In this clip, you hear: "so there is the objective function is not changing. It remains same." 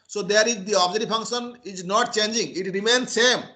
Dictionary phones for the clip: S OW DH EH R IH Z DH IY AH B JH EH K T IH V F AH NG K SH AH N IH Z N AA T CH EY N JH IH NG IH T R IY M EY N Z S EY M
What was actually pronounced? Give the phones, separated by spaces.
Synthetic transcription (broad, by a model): S OW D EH R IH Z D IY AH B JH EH T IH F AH NG K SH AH N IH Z N AA T CH EY N JH IH NG IH T R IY M EY N S EY M